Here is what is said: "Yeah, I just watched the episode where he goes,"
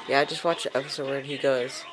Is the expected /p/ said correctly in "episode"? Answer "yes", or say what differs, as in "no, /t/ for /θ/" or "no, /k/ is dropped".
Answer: no, /f/ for /p/